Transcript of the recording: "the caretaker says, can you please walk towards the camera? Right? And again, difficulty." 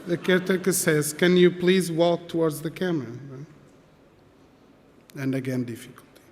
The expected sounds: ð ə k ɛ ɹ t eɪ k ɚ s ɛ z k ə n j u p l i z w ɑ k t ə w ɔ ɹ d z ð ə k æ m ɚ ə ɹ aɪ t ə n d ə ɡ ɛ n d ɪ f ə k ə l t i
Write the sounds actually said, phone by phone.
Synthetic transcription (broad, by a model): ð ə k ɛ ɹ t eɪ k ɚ s ɛ z k ə n j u p l i z w ɑ k t ə w ɔ ɹ d z ð ə k æ m ɚ ə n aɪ ə n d ə ɡ ɛ n d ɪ f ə k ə l t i